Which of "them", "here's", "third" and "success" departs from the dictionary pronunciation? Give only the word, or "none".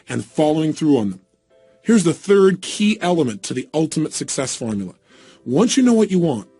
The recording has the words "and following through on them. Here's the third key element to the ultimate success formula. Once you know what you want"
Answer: none